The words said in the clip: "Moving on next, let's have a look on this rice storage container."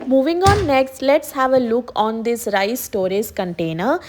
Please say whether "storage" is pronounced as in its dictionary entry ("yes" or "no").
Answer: no